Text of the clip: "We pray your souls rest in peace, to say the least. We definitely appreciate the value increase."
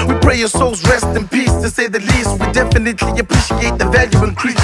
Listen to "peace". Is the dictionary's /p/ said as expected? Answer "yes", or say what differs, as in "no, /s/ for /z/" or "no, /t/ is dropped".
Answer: yes